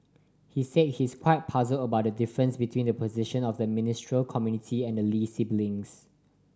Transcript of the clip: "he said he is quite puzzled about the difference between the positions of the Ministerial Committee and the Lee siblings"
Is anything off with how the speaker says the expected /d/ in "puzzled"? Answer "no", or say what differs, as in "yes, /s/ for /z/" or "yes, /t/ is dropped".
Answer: yes, /d/ is dropped